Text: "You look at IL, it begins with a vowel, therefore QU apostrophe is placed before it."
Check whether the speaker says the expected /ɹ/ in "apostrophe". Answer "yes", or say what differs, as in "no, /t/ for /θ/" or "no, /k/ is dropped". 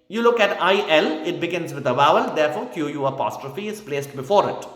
yes